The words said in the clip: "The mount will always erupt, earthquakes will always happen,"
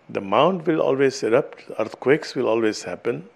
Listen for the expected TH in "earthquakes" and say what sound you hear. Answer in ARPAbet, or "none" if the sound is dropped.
T